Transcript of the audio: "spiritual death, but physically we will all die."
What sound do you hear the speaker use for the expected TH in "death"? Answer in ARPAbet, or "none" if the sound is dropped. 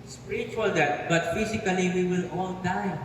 T